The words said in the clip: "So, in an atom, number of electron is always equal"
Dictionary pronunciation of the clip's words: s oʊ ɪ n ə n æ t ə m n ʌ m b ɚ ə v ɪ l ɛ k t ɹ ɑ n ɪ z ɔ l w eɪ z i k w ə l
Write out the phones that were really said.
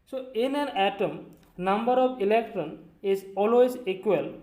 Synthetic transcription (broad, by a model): s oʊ ɪ n ə n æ t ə m n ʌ m b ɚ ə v ɪ l ɛ k t ɹ ɑ n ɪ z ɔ l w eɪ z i k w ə l